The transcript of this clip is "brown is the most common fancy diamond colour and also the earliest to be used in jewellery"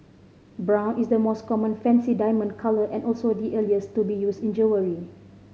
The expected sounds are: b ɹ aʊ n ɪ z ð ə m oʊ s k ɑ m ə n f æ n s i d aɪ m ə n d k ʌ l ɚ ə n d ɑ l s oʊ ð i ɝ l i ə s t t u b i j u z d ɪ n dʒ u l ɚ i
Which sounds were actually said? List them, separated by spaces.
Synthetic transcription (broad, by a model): b ɹ aʊ n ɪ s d ə m oʊ s k ɑ m ə n f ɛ n s i d aɪ m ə n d k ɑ l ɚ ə n ɑ l s oʊ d i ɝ l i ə s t t u b i j u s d ɪ n dʒ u w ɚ i